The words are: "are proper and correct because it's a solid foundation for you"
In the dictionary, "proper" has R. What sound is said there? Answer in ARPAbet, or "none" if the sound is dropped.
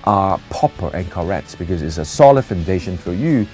none